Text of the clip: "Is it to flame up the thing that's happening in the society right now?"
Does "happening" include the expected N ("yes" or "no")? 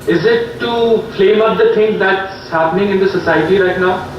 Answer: yes